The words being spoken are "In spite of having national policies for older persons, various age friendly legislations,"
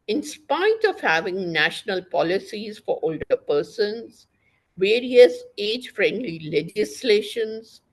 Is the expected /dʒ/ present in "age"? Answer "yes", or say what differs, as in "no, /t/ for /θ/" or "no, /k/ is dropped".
yes